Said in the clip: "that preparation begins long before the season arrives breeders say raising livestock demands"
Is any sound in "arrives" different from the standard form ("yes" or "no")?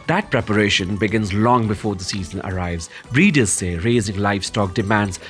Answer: no